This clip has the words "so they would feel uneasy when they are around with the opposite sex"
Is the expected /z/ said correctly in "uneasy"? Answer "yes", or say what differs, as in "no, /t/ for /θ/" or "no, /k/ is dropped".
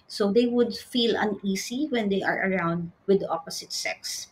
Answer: no, /s/ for /z/